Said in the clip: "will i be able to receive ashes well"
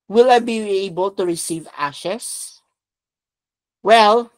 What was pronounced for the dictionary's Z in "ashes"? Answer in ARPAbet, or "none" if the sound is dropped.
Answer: S